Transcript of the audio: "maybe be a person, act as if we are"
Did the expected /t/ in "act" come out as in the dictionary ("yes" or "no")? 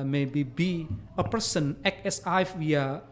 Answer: no